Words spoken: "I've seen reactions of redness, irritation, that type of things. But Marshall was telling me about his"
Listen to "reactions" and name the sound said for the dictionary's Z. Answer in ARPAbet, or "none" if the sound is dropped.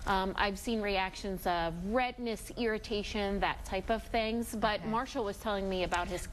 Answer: Z